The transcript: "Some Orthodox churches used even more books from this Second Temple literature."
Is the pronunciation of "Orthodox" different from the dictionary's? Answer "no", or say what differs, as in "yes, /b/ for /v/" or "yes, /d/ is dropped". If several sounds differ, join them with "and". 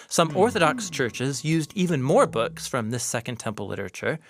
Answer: no